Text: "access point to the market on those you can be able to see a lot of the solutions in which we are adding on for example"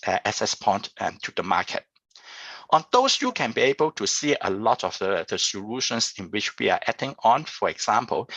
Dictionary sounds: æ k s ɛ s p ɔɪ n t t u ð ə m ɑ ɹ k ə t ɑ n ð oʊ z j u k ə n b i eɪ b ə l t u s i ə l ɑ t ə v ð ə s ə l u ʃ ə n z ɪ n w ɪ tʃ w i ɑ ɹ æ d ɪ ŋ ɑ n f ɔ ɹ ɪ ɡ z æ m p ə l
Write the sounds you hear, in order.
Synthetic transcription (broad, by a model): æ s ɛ s p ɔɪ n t t u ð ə m ɑ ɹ k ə t ɑ n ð oʊ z j u k ə n b i eɪ b ə l t u s i ə l ɑ t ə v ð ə s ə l u ʃ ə n s ɪ n w ɪ tʃ w i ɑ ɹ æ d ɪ ŋ ɑ n f ɔ ɹ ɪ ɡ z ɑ m p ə l